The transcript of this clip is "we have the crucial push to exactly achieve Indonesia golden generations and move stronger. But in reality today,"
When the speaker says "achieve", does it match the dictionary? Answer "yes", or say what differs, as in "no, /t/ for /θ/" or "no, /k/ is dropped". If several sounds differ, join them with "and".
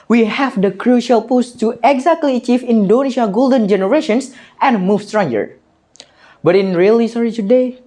no, /f/ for /v/